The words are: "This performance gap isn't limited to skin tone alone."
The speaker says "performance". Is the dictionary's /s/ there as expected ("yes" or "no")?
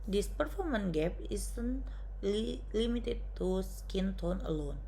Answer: no